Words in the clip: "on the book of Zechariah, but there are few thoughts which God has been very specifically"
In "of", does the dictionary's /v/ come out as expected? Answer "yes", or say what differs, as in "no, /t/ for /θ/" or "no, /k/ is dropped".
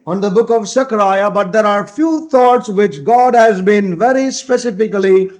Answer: yes